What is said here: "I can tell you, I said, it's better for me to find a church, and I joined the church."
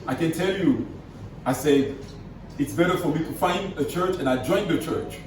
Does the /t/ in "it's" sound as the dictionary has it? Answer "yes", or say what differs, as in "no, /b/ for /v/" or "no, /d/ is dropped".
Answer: yes